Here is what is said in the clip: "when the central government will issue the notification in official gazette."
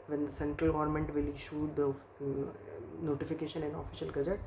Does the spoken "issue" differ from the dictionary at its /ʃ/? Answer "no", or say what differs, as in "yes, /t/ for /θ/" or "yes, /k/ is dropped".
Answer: no